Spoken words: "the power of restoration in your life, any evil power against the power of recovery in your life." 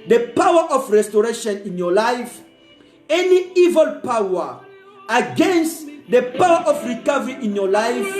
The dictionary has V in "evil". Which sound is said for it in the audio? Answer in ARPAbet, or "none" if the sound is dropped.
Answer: V